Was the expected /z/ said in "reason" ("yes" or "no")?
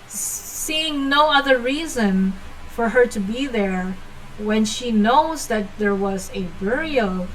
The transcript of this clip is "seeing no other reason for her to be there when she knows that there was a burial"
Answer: yes